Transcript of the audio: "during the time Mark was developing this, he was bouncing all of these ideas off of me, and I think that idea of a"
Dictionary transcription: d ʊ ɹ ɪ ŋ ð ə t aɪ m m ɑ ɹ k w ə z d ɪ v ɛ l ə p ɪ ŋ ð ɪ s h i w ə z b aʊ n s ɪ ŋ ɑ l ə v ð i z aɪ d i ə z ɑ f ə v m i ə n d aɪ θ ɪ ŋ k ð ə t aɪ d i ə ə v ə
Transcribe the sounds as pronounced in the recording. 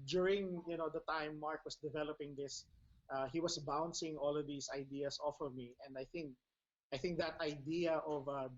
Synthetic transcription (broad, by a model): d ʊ ɹ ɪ ŋ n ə t aɪ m m ɑ ɹ k w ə s d ɪ v ɛ l ə p ɪ ŋ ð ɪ s h i w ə s b aʊ n s ɪ ŋ ɑ l ə v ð i s aɪ d i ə s ɑ f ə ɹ m i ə n d aɪ θ ɪ ŋ k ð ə t aɪ d i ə ə v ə